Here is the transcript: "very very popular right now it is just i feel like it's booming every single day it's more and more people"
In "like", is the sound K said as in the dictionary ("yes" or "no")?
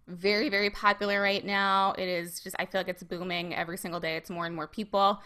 yes